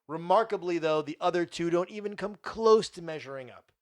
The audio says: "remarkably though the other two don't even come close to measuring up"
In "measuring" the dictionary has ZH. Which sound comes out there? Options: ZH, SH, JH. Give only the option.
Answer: ZH